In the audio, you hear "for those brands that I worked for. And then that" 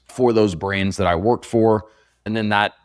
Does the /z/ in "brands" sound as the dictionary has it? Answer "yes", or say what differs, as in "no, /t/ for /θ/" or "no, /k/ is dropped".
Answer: yes